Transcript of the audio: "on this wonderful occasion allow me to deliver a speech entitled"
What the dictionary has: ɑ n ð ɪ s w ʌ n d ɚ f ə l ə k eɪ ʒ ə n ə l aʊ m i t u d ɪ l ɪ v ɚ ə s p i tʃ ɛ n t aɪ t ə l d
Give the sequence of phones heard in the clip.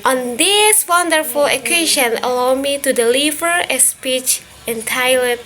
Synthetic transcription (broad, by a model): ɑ n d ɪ s w ʌ n d ɚ f ə l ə k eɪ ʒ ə n ə l aʊ m i t u d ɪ l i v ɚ ə s p i tʃ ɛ n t aɪ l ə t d